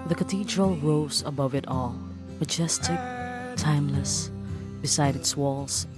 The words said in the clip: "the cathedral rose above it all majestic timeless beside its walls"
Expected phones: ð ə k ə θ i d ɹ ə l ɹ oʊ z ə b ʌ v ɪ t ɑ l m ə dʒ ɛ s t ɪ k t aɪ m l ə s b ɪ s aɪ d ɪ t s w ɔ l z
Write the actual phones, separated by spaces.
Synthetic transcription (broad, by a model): ð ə k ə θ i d ɹ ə l ɹ oʊ z ə b ʌ v ɪ t ɑ l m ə dʒ ɛ s t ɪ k t aɪ m l ə s b ɪ s aɪ d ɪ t s w ɔ l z